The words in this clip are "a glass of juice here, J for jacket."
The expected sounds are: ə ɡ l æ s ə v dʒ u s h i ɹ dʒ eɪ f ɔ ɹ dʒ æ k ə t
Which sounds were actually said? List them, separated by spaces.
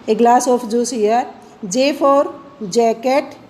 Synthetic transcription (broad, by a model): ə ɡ l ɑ s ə p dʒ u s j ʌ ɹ dʒ eɪ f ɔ ɹ dʒ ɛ k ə t